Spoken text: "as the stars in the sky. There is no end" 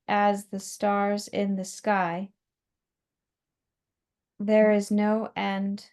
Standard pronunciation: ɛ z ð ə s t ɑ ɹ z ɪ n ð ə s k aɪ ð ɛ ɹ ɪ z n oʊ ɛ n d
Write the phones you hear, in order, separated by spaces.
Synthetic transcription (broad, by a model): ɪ z ð ə s t ɑ ɹ z ɪ n ð ə s k aɪ ð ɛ ɹ ɪ z n oʊ ɛ n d